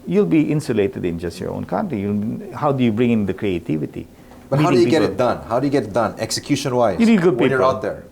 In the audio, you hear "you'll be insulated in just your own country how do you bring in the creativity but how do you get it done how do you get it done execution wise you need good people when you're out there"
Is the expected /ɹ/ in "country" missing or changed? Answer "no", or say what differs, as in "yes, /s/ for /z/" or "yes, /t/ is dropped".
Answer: yes, /l/ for /ɹ/